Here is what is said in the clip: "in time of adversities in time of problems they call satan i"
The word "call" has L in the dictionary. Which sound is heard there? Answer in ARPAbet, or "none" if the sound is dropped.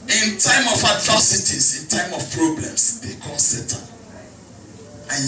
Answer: N